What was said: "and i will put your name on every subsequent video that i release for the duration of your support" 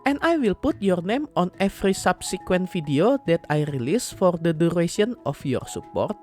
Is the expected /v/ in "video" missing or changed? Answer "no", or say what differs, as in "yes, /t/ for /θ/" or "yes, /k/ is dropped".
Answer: yes, /f/ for /v/